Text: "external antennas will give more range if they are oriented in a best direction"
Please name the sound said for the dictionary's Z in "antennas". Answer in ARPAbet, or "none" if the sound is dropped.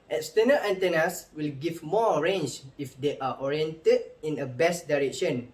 S